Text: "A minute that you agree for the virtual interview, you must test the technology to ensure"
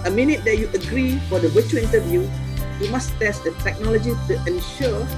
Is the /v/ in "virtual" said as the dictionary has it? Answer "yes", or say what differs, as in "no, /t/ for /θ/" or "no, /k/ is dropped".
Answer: no, /w/ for /v/